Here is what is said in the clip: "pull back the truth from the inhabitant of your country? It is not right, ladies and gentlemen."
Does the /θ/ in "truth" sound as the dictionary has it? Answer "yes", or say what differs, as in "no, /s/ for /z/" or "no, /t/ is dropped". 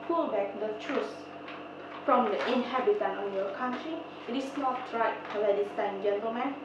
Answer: no, /s/ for /θ/